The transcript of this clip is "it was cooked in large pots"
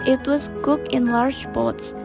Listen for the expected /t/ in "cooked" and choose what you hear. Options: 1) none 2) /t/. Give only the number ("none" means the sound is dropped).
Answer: 1